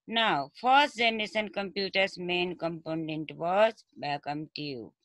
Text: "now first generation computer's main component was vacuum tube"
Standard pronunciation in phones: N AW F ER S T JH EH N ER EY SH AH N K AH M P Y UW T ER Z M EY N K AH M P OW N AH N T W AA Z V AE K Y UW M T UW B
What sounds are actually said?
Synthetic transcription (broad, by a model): N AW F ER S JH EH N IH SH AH N K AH M P Y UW T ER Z M EY N K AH M P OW N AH N T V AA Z B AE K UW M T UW